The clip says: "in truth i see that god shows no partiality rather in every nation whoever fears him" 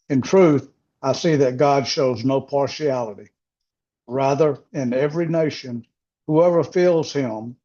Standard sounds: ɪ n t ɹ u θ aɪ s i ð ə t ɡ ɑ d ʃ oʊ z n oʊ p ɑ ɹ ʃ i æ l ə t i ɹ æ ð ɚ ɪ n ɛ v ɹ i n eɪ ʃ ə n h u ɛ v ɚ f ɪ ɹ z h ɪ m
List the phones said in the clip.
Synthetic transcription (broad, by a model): ɪ n t ɹ u θ aɪ s i ð ə t ɡ ɑ d ʃ oʊ z n oʊ p ɑ ɹ ʃ i æ l ə t i ɹ æ ð ɚ ɪ n ɛ v ɹ i n eɪ ʃ ə n h u ɛ v ɚ f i l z h ɪ m